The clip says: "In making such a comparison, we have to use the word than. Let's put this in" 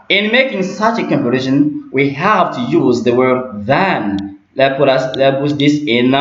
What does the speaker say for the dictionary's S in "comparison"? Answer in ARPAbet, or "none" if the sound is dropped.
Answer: SH